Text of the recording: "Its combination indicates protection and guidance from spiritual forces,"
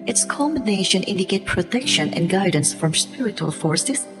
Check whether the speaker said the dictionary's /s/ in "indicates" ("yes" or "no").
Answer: no